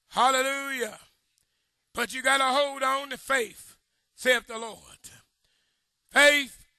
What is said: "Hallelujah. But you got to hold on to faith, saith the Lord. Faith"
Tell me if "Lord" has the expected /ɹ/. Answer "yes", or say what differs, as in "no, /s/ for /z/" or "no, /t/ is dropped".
yes